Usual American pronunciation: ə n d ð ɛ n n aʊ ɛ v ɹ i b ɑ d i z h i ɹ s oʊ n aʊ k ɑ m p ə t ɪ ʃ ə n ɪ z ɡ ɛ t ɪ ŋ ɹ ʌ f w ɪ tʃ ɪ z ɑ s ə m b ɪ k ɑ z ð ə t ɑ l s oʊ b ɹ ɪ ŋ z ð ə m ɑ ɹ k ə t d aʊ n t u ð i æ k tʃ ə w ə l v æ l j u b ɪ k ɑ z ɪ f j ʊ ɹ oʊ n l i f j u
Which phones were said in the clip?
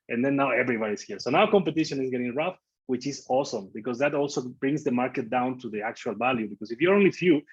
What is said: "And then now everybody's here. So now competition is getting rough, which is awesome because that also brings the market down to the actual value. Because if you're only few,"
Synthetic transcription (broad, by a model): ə n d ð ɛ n n aʊ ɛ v ɹ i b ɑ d i s h i ɹ s oʊ n aʊ k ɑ m p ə t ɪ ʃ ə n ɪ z ɡ ɛ t ɪ ŋ ɹ ʌ f w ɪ tʃ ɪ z ɑ s ə m b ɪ k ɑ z ð ə t ɑ l s oʊ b ɹ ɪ ŋ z ð ə m ɑ ɹ k ə t d aʊ n t u ð i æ k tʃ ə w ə l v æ l j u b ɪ k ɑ s ɪ f j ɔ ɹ oʊ n l i f j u